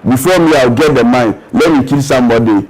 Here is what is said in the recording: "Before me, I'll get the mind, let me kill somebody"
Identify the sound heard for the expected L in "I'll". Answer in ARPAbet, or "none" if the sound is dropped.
W